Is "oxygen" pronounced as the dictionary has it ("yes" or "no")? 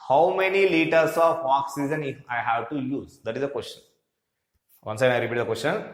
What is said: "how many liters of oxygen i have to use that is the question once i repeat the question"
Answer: no